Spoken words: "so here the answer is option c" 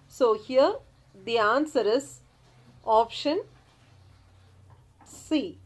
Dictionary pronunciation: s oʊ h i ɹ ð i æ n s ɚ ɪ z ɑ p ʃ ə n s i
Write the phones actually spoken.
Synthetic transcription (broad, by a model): s oʊ h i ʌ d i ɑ n s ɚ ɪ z ɑ p ʃ ə n s i